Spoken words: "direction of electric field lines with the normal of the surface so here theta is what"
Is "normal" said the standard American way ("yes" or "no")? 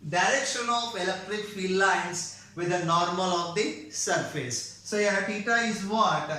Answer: yes